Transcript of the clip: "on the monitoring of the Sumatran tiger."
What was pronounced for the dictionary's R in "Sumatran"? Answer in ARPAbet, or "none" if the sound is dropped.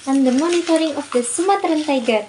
R